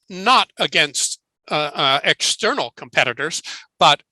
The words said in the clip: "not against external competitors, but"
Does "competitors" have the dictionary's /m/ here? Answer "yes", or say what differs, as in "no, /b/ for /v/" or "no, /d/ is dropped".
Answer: yes